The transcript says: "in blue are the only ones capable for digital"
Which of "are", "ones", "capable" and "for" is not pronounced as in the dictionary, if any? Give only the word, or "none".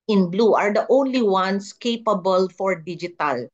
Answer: ones